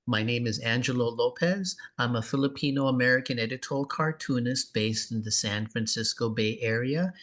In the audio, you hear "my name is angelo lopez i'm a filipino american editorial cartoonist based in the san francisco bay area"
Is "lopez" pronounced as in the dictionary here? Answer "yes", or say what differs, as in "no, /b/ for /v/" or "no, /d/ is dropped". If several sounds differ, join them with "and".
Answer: yes